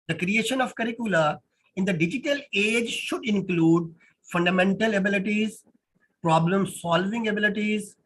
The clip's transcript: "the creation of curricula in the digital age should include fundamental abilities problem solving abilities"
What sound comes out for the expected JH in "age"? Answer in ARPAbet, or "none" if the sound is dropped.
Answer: JH